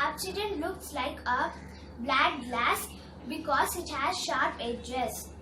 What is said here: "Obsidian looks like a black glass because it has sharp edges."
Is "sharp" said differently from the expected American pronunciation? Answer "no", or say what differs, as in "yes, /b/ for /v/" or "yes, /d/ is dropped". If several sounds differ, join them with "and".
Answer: no